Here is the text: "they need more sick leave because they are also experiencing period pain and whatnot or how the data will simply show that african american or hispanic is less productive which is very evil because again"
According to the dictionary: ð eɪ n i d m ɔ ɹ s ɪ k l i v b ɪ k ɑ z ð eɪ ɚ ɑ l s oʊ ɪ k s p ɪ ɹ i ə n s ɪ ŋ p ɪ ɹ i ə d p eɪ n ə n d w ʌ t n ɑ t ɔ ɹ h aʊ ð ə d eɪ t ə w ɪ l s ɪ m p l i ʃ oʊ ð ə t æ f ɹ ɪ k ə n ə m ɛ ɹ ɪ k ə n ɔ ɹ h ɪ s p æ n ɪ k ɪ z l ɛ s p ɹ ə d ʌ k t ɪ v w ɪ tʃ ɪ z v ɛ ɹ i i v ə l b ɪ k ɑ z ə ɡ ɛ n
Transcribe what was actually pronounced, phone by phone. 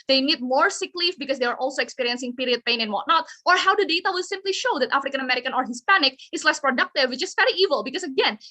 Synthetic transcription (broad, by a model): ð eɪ n i d m ɔ ɹ s ɪ k l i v b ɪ k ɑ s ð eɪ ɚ ɑ l s oʊ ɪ k s p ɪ ɹ i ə n s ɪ ŋ p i ɹ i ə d p eɪ n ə n w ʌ t n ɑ t ɔ ɹ h aʊ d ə d eɪ t ə w ɪ l s ɪ m p l i ʃ oʊ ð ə t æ f ɹ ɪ k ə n ə m ɛ ɹ ɪ k ə n ɔ ɹ h ɪ s p æ n ɪ k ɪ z l ɛ s p ɹ ə d ʌ k t ɪ v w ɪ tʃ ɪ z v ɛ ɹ i i v ə l b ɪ k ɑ s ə ɡ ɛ n